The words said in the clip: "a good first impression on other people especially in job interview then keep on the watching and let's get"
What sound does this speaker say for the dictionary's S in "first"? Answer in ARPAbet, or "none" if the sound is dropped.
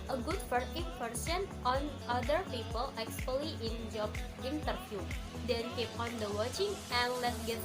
none